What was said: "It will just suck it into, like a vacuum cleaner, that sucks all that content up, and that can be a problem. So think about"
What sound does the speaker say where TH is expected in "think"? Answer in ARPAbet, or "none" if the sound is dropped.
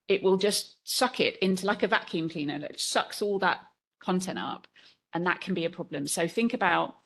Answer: TH